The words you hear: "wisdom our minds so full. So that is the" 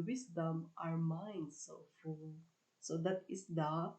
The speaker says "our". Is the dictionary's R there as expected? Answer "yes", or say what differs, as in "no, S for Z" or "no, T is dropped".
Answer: yes